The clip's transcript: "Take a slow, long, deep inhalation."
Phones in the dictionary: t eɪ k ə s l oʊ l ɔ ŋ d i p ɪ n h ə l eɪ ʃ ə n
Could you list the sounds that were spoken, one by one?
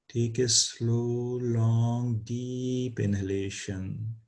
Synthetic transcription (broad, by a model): t eɪ k ə s l oʊ l ɔ ŋ d i p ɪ n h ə l eɪ ʃ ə n